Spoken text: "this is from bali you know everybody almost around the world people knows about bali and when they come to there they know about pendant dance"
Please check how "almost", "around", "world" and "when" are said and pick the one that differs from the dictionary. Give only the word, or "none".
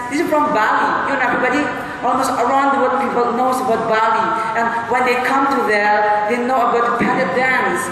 world